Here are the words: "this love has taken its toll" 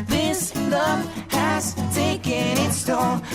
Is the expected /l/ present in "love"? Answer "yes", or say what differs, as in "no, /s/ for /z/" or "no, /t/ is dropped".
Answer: no, /n/ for /l/